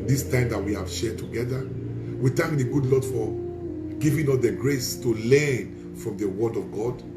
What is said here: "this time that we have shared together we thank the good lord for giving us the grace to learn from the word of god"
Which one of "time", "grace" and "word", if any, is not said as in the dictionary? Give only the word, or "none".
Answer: none